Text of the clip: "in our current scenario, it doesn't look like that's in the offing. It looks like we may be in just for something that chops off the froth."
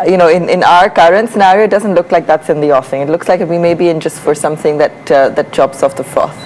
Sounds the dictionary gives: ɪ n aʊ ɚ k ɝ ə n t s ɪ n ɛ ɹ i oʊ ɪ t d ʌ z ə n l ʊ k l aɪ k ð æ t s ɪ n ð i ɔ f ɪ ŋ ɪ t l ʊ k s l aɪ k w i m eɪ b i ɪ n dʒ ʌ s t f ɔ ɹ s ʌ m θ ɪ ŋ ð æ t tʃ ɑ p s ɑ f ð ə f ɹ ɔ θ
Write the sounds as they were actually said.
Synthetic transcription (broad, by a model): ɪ n aʊ ɚ k ɝ ə n t s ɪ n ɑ ɹ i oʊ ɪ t d ʌ z ə n l ʊ k l aɪ k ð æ t s ɪ n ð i ɔ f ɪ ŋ ɪ t l ʊ k s l aɪ k w i m eɪ b i ɪ n dʒ ʌ s t f ɔ ɹ s ʌ m θ ɪ ŋ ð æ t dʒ ɑ b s ɑ f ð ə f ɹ ɔ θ